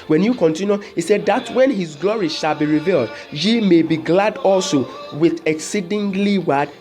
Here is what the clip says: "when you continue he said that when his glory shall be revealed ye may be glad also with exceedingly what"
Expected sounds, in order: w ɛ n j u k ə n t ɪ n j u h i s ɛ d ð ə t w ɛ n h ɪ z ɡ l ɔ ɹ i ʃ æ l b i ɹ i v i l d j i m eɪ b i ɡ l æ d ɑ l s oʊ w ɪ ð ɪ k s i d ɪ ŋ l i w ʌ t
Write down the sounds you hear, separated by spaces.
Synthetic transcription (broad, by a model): w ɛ n j u k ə n t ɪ n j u h i s ɛ d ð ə t w ɛ n h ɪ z ɡ l ɔ ɹ i ʃ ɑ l b i ɹ i v i l d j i m eɪ b i ɡ l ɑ d ɑ l s oʊ w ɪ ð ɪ k s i d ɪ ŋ l i w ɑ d